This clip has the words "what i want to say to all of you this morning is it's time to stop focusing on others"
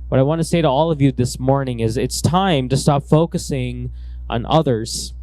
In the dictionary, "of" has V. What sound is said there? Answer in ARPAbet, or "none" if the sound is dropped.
V